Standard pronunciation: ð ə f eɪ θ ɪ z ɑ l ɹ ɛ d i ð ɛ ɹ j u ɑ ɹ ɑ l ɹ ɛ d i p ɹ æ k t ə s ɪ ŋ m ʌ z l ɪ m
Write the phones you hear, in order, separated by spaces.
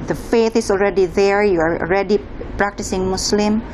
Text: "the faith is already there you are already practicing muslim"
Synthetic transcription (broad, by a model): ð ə f eɪ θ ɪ s ɑ l ɹ ɛ d i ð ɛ ɹ j u ɑ ɹ ɑ l ɹ ɛ d i p ɹ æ k t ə s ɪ ŋ m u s l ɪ m